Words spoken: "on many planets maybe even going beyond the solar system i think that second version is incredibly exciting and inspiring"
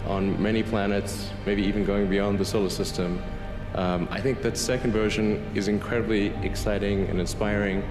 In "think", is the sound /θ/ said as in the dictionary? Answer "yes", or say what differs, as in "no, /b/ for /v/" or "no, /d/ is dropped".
yes